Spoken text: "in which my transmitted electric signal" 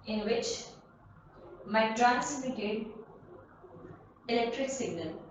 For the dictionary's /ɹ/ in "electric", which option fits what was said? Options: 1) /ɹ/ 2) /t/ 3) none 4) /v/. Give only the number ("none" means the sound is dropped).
1